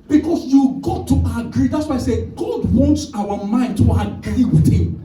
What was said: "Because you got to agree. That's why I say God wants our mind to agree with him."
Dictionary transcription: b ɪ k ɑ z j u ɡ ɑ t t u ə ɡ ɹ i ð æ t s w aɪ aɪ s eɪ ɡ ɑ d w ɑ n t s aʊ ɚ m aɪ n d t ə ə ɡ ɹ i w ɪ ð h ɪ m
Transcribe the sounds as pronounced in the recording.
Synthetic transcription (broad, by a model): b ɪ k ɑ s j u ɡ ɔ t t u ə ɡ ɹ i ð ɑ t s w aɪ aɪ s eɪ ɡ ɑ d w ɑ n t s aʊ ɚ m aɪ n d t ə ə ɡ ɹ i w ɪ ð h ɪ m